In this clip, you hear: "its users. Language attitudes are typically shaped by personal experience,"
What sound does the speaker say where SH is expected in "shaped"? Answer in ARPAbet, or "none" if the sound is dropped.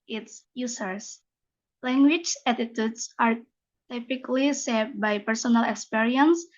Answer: S